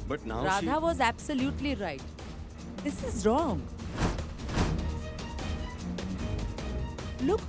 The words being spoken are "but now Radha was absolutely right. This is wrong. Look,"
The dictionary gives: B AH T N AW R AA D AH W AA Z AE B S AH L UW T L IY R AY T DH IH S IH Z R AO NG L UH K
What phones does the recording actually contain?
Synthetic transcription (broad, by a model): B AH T N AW R AA D AH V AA Z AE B S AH L UW T L IY R AY T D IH S IH Z R AO NG L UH K